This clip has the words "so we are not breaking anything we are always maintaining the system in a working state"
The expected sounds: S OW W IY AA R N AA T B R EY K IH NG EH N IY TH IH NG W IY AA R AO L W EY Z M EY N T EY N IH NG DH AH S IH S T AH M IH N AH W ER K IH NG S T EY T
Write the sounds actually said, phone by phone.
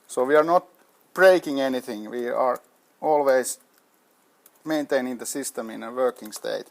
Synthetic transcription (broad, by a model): S OW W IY AA R N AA T B R EY K IH NG EH N IY TH IH NG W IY AA R AO L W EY S M EY N T EY N IH NG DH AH S IH S T AH M IH N AH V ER K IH NG S T EY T